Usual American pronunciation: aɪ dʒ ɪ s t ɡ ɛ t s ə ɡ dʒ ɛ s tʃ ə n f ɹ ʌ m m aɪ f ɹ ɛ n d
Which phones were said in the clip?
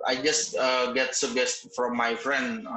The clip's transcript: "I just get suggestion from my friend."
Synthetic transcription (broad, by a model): aɪ dʒ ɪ s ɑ ɡ ɛ t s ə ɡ ɛ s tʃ f ɹ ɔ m m aɪ f ɹ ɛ n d